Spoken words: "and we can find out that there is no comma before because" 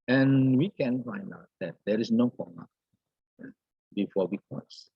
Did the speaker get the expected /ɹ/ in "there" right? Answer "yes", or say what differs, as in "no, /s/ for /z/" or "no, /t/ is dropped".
yes